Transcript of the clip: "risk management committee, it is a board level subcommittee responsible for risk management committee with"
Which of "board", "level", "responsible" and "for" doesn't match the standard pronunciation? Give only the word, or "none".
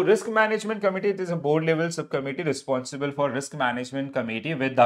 none